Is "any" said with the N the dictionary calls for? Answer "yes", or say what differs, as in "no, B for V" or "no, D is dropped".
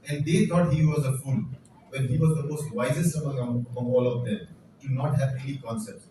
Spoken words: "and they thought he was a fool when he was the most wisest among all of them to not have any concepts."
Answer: no, L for N